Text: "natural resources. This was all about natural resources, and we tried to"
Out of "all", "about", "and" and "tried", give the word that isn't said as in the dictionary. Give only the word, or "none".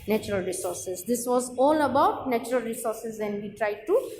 none